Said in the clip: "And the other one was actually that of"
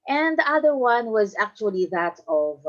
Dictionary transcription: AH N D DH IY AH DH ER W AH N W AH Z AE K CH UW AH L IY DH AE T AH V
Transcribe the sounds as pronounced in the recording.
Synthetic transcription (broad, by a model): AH N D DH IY AH DH ER W AH N W AH Z AE K CH UW AH L IY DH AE T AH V